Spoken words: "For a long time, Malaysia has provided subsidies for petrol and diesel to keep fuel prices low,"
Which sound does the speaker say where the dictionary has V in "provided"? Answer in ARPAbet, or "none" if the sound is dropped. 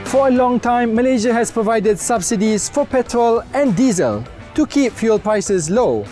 V